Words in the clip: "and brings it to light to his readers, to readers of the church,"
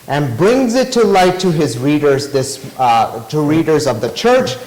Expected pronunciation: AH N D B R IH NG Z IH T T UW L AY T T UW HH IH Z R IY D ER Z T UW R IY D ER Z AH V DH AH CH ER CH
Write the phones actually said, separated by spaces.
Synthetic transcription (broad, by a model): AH N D B R IH NG Z IH T T UW L AY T T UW HH IH Z R IY D ER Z T UW R IY D ER Z AH V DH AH CH ER CH